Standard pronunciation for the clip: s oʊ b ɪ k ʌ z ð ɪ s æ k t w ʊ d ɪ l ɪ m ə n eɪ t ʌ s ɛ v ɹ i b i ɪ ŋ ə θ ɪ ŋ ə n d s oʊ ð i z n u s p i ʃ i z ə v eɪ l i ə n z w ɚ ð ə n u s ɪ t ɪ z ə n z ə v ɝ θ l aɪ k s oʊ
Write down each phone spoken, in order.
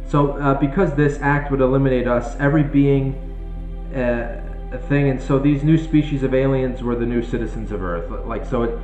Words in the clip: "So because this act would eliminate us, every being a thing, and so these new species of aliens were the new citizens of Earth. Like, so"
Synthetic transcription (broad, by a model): s oʊ b ɪ k ʌ z ð ɪ s æ k t w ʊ d ɪ l ɪ m ə n eɪ t ʌ s ɛ v ɹ i b i ɪ ŋ ə θ ɪ ŋ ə n s oʊ ð i z n u s p i ʃ i z ə v eɪ l i ə n z w ɚ ð ə n u s ɪ t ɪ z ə n z ə v ɝ θ l aɪ k s oʊ